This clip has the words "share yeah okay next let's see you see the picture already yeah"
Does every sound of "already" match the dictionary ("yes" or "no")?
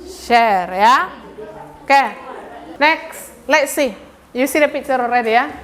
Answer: yes